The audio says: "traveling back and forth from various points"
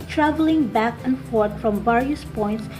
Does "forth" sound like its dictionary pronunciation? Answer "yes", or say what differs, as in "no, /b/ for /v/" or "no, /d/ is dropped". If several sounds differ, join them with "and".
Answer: no, /t/ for /θ/